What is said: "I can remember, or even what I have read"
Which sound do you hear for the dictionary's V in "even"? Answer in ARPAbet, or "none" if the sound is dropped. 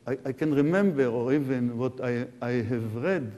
V